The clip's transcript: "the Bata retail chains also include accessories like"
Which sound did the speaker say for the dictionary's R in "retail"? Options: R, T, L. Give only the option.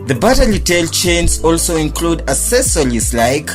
L